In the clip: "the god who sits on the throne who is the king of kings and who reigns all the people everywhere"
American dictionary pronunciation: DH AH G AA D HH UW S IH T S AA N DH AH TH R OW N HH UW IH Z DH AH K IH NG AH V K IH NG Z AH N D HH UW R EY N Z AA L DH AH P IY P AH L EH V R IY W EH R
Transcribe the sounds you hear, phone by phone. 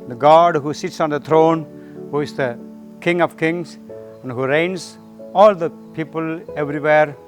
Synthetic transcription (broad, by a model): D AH G AA D HH UW S IH T S AA N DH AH T R OW N HH UW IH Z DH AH K IH NG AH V K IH NG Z AH N D HH UW R EY N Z AA L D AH P IY P AH L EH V R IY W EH R